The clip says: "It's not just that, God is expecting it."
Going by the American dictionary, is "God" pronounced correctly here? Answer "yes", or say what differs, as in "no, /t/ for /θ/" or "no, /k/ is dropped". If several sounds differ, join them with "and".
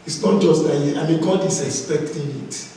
yes